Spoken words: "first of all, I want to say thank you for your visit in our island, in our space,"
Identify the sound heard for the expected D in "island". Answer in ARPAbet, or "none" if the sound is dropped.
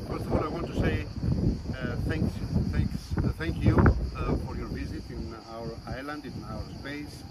D